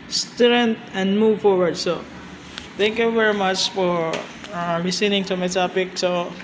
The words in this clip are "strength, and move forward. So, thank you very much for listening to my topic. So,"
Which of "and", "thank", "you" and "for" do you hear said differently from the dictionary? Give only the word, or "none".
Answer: thank